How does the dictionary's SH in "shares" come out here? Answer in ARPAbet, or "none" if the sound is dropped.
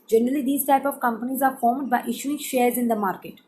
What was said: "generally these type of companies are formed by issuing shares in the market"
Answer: SH